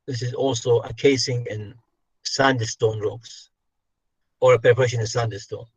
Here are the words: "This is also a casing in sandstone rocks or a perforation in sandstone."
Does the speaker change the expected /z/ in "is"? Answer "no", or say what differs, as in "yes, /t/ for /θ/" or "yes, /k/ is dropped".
no